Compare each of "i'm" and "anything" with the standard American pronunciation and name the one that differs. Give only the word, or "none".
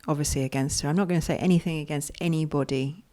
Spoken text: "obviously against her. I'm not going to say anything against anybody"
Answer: none